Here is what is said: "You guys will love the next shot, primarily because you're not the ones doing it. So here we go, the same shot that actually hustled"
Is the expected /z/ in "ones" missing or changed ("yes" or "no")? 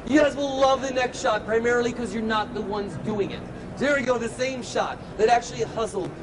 no